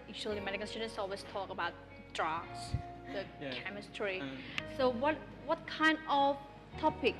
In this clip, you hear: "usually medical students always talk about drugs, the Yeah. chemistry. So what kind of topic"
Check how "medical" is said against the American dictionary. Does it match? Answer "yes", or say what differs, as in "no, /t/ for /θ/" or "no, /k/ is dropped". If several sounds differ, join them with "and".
no, /n/ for /l/